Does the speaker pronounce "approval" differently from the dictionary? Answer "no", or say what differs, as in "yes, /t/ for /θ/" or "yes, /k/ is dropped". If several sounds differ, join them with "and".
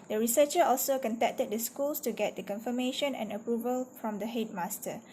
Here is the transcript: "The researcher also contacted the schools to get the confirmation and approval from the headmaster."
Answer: no